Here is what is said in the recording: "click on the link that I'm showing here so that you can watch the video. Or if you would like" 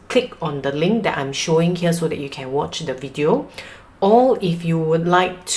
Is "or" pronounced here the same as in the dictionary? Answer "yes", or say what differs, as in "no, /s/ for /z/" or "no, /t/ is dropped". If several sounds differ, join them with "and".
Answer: no, /l/ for /ɹ/